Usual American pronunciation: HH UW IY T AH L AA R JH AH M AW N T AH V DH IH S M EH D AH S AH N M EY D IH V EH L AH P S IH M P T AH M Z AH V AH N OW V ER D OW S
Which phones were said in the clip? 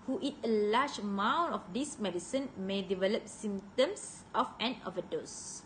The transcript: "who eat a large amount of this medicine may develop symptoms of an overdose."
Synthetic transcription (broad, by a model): HH UW IY T AH L AA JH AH M AW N AH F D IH S M EH D AH S AH N M EY D IH V EH L AH P S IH M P T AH M S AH F AH N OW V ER D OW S